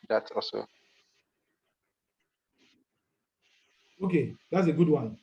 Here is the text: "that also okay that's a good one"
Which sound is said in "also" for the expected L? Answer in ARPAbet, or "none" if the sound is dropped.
none